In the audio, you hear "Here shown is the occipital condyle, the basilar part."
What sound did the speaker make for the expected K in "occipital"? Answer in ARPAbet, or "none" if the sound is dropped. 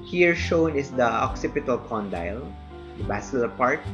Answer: K